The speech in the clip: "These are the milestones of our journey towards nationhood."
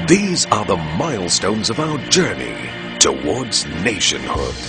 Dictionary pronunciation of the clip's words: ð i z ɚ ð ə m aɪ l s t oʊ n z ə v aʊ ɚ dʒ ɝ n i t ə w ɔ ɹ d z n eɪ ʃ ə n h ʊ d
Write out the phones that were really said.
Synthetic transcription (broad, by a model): ð i z ɚ ð ə m aɪ l s t oʊ n z ə v aʊ ɚ dʒ ɝ n i t ə w ɔ ɹ d z n eɪ ʃ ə n h ʊ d